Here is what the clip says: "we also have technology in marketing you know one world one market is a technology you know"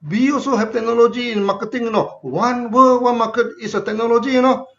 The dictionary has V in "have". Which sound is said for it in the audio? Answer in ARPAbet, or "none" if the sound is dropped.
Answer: P